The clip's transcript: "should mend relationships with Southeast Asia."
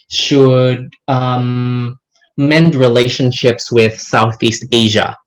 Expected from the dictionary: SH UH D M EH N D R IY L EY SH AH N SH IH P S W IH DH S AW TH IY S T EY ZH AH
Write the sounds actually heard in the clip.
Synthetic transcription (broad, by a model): SH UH D M EH N D R IY L EY SH AH N SH IH P S W IH DH S AW TH IY S T EY ZH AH